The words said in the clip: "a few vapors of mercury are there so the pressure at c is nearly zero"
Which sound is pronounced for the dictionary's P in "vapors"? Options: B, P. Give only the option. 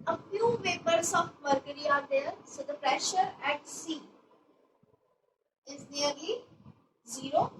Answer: B